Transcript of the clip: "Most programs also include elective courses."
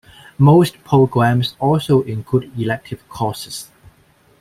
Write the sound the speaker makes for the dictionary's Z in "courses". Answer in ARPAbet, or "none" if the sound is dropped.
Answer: S